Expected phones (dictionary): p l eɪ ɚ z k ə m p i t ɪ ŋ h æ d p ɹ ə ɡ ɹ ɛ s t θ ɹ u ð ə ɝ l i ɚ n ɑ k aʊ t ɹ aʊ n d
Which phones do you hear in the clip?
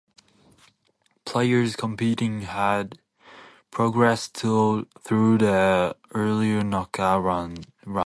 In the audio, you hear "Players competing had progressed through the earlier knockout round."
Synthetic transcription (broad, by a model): p l eɪ ɚ z k ə m p i t ɪ ŋ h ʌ d p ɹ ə ɡ ɹ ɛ s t θ ɹ u ð ə ɝ l i ɚ n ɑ k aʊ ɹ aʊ